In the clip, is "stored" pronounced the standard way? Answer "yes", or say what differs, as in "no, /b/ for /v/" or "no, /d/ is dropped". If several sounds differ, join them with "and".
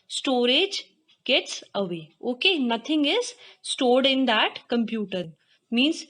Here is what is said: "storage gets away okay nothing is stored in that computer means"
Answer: yes